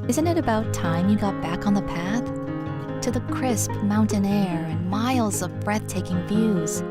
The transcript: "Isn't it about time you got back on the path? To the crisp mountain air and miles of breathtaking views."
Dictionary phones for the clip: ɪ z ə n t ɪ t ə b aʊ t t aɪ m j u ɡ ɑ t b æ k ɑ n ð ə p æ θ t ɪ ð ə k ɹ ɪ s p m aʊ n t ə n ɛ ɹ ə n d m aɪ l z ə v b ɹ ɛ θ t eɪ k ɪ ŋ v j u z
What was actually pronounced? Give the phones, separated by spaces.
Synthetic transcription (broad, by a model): ɪ z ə n t ɪ t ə b aʊ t t aɪ m j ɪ ɡ ɑ t b æ k n ð ə p æ θ t ɪ ð ə k ɹ ɪ s p m aʊ n t ə n ɛ ɹ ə n m aɪ l z ə v b ɹ ɛ θ t eɪ k ɪ ŋ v j u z